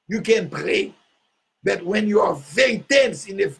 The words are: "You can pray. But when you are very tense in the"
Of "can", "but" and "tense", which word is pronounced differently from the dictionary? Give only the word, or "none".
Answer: none